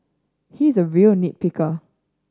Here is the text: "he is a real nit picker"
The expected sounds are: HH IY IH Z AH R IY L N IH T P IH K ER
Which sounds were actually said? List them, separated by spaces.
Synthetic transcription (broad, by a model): HH IY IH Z AH R IY L N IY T P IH K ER